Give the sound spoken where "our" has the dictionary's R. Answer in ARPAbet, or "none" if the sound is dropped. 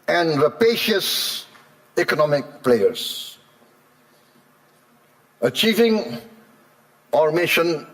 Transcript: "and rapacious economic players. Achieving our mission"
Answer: R